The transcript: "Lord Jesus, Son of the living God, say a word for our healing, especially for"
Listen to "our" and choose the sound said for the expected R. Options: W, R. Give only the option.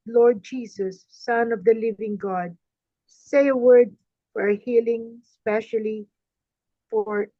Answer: R